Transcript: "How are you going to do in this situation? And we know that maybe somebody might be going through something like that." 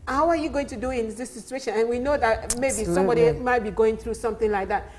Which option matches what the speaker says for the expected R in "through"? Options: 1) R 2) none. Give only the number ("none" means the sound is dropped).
1